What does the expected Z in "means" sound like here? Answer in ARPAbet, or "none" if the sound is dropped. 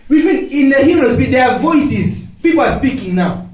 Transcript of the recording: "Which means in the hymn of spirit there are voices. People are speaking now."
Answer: none